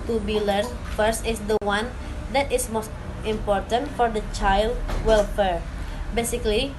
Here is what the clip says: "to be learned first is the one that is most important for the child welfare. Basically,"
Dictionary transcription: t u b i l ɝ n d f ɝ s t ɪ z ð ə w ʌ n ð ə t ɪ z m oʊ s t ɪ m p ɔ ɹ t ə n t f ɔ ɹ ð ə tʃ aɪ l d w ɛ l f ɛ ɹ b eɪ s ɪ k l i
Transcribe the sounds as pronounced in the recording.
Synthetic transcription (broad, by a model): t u b i l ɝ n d f ɝ s t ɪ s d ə w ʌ n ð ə t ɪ s m oʊ s t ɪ m p ɔ ɹ t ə n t f ɔ ɹ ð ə tʃ aɪ l d w ɛ l f ɛ ɹ b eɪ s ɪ k l i